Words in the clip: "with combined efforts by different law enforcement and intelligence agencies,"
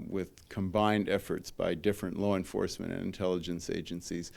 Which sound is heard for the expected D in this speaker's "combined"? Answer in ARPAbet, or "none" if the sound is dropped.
D